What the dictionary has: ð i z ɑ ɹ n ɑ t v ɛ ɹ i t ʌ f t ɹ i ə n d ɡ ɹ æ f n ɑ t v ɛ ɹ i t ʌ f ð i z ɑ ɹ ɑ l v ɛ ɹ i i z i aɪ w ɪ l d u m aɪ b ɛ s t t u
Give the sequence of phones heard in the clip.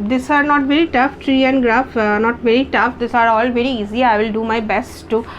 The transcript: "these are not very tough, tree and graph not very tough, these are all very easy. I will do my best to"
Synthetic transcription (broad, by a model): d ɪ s ɑ ɹ n ɑ t v ɛ ɹ i t ʌ f t ɹ i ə n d ɡ ɹ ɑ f n ɑ t v ɛ ɹ i t ʌ f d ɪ s ɑ ɹ ɑ l v ɛ ɹ i i z i aɪ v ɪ l d u m aɪ b ɛ s t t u